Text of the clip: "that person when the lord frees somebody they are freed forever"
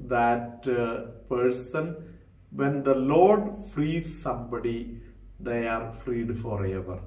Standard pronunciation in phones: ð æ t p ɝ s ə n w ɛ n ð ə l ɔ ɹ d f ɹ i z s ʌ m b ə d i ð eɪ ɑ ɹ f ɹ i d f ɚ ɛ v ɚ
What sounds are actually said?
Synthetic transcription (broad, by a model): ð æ t p ɝ s ə n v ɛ n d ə l ɔ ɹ d f ɹ i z s ʌ m b ə d i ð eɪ ɑ ɹ f ɹ i d f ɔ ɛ v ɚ